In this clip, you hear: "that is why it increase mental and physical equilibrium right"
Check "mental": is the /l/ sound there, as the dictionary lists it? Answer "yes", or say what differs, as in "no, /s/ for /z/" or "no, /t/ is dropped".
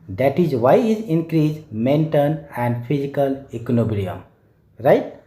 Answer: no, /n/ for /l/